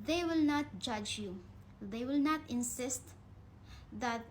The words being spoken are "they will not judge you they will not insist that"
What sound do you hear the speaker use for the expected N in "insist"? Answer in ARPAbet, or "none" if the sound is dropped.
N